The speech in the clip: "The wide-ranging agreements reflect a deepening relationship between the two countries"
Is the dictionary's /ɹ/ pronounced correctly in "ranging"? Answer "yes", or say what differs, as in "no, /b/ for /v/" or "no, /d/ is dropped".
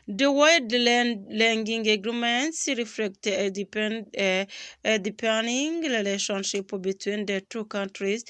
no, /l/ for /ɹ/